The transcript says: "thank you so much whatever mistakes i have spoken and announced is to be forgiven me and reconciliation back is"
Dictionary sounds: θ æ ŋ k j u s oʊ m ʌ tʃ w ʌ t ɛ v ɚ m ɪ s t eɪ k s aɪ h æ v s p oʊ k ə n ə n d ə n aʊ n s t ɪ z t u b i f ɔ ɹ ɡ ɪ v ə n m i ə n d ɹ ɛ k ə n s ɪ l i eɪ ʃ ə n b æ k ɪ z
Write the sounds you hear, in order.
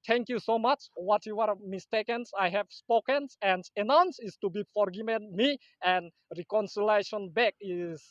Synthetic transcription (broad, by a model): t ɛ ŋ k j u s oʊ m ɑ tʃ w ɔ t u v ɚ m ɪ s t eɪ k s aɪ h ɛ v s p oʊ k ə n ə n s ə n aʊ n s ɪ s t u b i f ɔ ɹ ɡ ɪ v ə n m i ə n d ɹ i k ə n s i l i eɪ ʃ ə n b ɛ k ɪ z